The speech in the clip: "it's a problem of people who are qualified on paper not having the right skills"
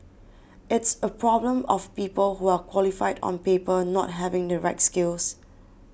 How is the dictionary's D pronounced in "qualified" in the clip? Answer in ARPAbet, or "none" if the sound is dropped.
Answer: D